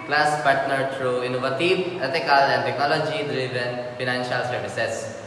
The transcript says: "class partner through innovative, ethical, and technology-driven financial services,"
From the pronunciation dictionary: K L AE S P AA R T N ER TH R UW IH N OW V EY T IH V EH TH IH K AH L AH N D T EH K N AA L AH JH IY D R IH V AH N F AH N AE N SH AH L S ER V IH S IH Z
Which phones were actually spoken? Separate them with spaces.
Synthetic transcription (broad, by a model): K L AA S P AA R T N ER T R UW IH N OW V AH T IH EH T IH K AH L AH N D T EH K N AA L AH JH IY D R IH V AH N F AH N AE N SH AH L S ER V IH S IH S